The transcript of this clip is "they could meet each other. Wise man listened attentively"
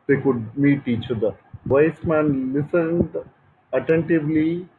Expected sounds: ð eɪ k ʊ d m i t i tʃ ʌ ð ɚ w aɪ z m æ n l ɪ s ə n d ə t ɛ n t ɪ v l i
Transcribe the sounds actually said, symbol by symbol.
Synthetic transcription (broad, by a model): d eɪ k ʊ d m i t i tʃ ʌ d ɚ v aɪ s m æ n l ɪ s ə n d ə t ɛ n t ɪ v l i